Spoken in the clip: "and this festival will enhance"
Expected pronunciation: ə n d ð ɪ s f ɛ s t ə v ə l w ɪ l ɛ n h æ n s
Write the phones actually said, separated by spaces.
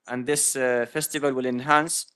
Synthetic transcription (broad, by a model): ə n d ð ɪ s f ɛ s t ə v ə l w ɪ l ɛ n h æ n s